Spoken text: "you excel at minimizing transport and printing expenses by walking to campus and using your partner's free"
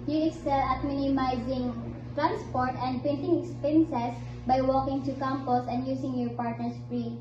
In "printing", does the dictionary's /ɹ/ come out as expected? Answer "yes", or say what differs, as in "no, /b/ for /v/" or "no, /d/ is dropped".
no, /ɹ/ is dropped